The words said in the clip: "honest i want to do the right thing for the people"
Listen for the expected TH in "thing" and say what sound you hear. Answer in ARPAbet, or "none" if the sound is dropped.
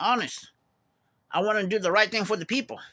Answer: TH